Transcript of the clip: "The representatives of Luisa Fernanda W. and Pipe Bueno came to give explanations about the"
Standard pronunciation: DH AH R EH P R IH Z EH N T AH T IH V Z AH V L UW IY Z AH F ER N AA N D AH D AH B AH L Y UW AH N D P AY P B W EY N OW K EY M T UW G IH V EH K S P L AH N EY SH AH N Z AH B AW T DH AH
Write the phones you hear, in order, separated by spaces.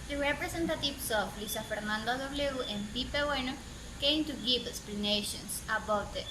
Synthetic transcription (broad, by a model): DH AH R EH P R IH S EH N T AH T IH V S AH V L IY S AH F ER N AA N D AH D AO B L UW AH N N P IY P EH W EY N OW K EY M T UW G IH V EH K S P L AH N EY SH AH N S AH B AW T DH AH